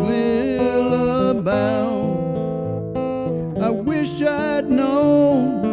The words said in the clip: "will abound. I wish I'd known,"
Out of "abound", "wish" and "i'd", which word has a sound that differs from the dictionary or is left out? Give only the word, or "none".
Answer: abound